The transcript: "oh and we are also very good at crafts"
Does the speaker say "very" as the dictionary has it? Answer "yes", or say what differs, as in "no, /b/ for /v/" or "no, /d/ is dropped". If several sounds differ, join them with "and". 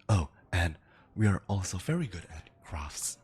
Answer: yes